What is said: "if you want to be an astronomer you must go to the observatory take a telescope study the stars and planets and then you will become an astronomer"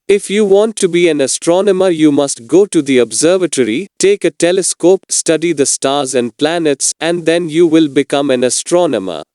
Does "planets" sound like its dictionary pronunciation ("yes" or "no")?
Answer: yes